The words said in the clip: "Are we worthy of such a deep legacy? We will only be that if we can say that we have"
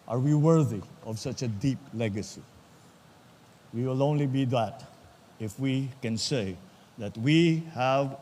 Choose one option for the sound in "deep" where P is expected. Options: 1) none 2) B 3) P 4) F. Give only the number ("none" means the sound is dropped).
3